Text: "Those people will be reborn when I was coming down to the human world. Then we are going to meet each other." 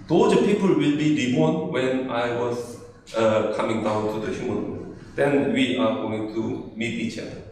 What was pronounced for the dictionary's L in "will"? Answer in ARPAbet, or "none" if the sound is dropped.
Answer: L